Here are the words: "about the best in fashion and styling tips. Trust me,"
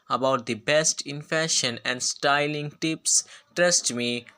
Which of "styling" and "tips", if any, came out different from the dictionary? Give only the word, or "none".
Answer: none